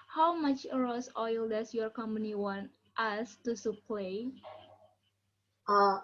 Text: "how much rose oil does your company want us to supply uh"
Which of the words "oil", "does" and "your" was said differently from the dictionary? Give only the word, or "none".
does